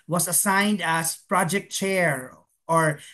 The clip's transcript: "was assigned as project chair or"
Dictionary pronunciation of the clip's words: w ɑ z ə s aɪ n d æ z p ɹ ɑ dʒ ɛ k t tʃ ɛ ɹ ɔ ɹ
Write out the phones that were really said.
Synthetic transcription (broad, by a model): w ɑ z ə s aɪ n d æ s p ɹ ɑ dʒ ɛ k t tʃ ɛ ɹ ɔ ɹ